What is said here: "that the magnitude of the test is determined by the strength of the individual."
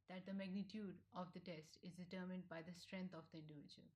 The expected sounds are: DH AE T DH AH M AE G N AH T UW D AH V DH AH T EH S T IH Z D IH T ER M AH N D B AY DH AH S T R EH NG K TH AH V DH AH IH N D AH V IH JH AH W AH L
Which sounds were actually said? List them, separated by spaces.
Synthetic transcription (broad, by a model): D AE T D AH M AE G N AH T UW D AH V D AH T EH S T IH Z D IH T ER M AH N D B AY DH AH S T R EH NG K T AH V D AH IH N D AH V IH JH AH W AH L